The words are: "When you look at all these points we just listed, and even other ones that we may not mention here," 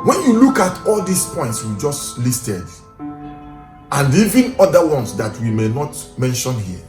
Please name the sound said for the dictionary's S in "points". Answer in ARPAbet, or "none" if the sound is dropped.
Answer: S